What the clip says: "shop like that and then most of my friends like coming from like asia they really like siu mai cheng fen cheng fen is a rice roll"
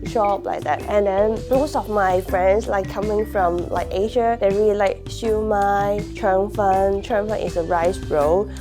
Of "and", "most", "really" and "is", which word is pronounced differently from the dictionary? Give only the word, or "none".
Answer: is